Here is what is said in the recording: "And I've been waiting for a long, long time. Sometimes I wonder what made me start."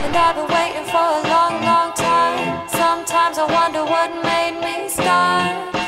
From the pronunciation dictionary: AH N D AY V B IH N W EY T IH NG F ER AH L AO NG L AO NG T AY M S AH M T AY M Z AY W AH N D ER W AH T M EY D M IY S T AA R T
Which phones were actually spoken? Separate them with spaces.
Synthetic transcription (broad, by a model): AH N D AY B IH W EY T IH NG F ER AH L AO NG L AO NG T AY M S AH M T AY M Z AY W AH N D ER W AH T M EY D M IY S T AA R